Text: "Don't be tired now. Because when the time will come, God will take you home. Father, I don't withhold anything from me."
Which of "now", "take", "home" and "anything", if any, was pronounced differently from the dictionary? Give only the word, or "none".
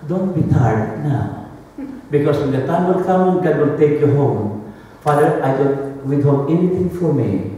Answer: anything